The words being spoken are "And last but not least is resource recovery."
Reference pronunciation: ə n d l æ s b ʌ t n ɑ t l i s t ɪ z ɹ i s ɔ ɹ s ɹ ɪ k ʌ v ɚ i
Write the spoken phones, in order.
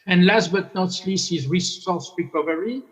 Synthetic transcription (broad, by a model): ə n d l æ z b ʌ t n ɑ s l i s ɪ z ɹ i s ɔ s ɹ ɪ k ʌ v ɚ i